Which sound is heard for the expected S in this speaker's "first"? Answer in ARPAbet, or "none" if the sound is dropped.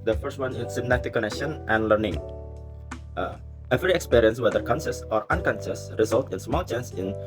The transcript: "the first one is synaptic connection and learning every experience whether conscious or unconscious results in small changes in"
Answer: S